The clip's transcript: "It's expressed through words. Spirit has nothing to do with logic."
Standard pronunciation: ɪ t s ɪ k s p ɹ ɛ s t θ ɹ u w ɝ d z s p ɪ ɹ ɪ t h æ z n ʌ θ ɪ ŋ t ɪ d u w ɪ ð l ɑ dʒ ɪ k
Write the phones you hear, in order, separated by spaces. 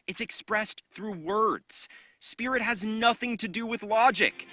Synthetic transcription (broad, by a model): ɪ t s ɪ k s p ɹ ɛ s θ ɹ u w ɝ d z s p ɪ ɹ ɪ t h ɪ z n ʌ θ ɪ ŋ t ɪ d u w ɪ ð l ɑ dʒ ɪ k